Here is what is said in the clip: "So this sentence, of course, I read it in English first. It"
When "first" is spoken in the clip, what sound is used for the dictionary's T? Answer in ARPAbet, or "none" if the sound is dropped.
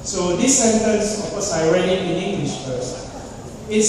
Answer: none